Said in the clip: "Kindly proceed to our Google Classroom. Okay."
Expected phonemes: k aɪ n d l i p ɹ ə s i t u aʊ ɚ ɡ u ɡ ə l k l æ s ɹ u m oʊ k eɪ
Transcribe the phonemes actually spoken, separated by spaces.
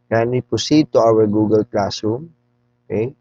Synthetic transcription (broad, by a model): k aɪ n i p ə s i t u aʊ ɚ ɡ u ɡ ə l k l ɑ s u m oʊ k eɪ